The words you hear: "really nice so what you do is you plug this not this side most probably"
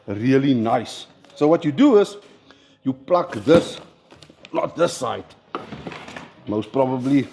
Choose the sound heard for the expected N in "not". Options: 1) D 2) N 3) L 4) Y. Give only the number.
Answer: 3